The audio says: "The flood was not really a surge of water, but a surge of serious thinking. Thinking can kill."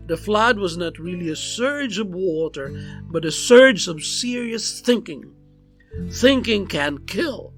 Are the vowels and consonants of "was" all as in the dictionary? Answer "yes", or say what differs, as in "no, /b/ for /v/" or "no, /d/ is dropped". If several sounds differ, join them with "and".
yes